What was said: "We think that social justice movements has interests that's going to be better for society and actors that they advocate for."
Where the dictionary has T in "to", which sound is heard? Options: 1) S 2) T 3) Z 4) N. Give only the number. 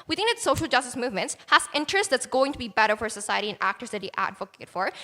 2